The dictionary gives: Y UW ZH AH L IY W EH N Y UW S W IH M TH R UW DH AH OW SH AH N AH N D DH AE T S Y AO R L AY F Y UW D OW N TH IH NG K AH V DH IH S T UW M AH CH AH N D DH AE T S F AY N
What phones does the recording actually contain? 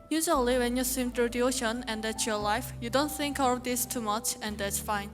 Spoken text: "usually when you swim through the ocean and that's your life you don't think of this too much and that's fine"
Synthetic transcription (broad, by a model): Y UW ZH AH L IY W EH N Y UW S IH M T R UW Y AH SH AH N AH N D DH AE T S Y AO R L AY F Y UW D OW N TH IH NG K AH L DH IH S T UW M AH CH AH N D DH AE T S F AY N